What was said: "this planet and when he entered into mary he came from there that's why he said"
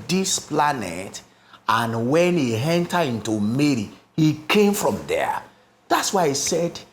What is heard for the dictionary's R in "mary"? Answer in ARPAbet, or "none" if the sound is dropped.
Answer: R